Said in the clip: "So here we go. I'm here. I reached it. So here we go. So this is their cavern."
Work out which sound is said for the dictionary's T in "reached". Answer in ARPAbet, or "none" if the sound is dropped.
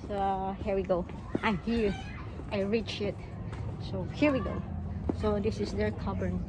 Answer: none